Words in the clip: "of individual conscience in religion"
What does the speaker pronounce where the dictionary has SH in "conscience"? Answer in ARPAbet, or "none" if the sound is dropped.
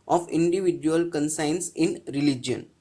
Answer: S